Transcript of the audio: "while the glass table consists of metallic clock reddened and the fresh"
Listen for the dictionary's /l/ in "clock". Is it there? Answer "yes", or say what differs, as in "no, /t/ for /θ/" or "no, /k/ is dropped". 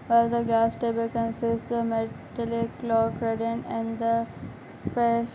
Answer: yes